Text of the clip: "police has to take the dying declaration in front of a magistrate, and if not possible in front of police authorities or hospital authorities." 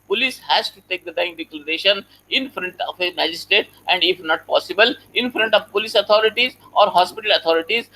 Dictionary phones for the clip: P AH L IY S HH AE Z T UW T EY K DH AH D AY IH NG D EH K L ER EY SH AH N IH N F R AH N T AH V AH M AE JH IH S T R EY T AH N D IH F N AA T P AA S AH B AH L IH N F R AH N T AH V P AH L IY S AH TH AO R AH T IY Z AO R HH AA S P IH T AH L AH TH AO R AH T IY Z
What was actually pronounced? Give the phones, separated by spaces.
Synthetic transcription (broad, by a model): P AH L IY S HH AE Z T UW T EY K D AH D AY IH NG D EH K L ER EY SH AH N IH N F R AH N T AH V AH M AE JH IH S T EY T AH N D IH F N AA T P AA S AH B AH L IH N F R AH N T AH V P AH L IY S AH T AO R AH T IY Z AO R HH AA S P IH T AH L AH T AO R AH T IY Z